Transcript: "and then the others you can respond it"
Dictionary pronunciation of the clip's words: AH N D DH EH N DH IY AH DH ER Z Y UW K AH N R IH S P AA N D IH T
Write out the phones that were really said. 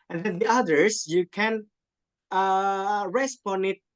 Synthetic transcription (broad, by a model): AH N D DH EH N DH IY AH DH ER S Y UW K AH N R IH S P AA N IH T